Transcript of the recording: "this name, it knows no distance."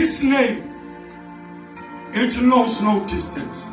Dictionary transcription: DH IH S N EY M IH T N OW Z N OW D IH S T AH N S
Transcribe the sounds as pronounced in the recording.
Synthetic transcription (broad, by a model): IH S L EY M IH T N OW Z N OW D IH S T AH N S